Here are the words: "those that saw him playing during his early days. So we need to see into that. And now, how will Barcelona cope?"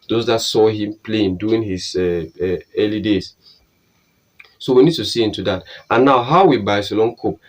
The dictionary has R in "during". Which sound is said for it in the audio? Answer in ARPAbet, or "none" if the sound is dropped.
none